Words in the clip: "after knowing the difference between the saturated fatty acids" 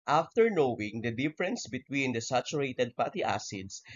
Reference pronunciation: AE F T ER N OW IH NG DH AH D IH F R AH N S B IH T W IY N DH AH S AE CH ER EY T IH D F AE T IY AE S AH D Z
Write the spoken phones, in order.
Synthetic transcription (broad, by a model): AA F T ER N OW IH NG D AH D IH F R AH N S B IH T W IY N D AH S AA CH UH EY T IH D P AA T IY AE S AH D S